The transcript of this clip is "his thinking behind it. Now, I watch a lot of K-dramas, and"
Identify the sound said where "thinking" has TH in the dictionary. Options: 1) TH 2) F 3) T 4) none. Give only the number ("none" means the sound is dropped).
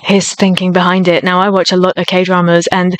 1